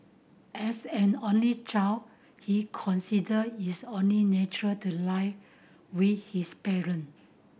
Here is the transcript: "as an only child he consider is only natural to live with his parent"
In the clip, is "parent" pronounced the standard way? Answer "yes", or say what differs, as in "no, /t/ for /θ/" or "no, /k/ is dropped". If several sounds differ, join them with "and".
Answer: no, /t/ is dropped